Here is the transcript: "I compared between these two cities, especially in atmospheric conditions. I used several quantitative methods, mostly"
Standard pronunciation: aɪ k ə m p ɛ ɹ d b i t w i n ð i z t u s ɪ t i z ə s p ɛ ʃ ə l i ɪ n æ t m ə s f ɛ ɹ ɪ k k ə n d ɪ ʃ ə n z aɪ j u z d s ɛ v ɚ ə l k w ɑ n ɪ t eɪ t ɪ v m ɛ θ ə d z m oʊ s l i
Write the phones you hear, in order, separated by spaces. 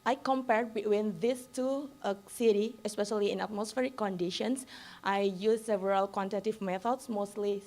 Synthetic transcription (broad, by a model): aɪ k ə m p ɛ ɹ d b i t w i n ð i s t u s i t i ə s p ɛ ʃ ə l i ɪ n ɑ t m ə s f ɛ ɹ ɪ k k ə n d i ʃ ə n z aɪ j u s ɛ v ɚ ə l k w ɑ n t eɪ t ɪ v m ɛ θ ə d s m oʊ s l i